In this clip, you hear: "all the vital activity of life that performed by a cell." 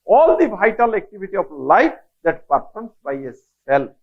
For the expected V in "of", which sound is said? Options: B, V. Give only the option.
B